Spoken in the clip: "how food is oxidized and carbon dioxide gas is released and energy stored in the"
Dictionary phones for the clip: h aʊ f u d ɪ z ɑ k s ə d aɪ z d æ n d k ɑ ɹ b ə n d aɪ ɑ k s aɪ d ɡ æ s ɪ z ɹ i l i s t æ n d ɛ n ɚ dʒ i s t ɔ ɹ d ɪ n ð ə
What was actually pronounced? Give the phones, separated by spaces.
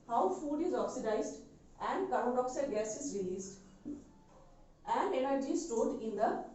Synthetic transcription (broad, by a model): h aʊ f u d ɪ z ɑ k s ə d aɪ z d æ n d k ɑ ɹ ə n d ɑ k s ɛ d ɡ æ s ɪ z ɹ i l i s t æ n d ɛ n ɚ dʒ i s t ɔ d ɪ n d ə